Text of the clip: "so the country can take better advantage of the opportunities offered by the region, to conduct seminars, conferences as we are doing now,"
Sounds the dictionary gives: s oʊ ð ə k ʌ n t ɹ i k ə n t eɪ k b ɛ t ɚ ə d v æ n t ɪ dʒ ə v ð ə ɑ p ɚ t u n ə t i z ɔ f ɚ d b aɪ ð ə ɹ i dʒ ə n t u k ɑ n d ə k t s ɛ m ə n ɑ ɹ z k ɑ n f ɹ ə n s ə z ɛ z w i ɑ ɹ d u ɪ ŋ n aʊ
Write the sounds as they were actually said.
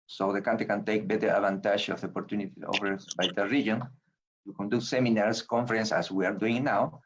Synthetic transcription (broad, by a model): s oʊ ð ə k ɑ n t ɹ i k ə n t eɪ k b ɛ t ɚ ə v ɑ n t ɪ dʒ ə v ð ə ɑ p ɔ t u n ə t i ɔ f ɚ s b aɪ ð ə ɹ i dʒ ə n t u k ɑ n d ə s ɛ m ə n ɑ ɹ s k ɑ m f ɹ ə n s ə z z w i ɑ ɹ d u ɪ ŋ n aʊ